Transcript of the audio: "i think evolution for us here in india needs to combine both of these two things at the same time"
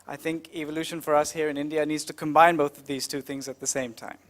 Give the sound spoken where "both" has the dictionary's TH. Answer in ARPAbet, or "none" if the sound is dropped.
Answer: TH